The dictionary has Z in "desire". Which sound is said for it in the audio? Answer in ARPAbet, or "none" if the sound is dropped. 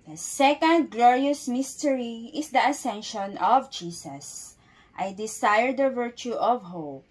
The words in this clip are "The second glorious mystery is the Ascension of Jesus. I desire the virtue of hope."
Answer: S